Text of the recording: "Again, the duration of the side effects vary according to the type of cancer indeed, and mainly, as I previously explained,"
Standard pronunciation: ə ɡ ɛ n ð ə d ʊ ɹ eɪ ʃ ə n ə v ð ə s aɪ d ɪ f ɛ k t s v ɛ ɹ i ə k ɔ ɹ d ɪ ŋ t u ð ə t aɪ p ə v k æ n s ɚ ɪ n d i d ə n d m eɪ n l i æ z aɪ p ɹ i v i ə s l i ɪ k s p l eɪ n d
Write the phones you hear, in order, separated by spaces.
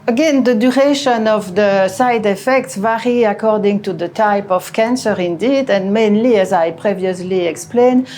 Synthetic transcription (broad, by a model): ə ɡ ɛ n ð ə d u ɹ eɪ ʃ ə n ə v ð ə s aɪ d ɪ f ɛ k t s v ɛ ɹ i ə k ɔ ɹ d ɪ ŋ t u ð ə t aɪ p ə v k æ n s ɚ ɪ n d i d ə n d m eɪ n l i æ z aɪ p ɹ i v i ə s l i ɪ k s p l eɪ n